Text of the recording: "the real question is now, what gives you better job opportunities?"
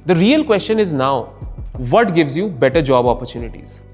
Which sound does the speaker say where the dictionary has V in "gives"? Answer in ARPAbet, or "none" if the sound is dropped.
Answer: V